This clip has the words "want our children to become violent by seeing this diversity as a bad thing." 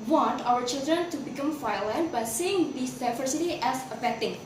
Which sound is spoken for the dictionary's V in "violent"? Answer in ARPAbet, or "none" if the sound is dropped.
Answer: F